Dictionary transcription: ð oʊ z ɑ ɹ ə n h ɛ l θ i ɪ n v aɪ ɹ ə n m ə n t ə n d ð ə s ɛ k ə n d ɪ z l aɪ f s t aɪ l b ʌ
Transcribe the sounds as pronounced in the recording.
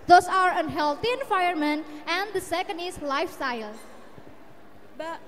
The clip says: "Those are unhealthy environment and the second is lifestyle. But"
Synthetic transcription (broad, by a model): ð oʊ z ɑ ɹ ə n h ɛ l t i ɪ n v aɪ ə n m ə n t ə n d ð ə s ɛ k ə n d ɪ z l aɪ f s t aɪ l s